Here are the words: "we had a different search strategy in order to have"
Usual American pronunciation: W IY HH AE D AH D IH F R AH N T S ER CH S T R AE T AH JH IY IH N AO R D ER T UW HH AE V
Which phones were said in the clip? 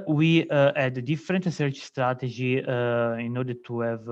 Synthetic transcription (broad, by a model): W IY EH D AH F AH R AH N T S ER CH S T R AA T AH JH IY IH N AO R D ER T UW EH V